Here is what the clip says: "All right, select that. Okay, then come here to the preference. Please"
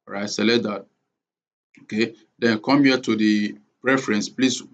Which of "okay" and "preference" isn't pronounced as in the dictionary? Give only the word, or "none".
none